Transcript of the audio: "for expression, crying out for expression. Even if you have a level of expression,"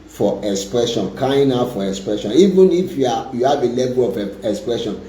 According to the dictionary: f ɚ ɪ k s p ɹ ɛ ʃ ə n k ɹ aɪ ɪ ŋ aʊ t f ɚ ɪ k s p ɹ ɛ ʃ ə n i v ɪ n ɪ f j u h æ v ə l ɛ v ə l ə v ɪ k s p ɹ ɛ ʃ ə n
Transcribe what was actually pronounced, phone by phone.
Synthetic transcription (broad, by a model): f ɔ ɪ k s p ɹ ɛ ʃ ə n k aɪ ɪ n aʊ f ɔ ɪ k s p ɹ ɛ ʃ ə n i v ɪ n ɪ f j u h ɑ v ə l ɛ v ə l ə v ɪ k s p ɹ ɛ ʃ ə n